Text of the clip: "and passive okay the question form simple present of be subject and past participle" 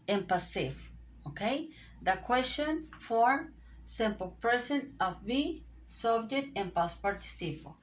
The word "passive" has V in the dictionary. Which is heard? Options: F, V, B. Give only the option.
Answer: F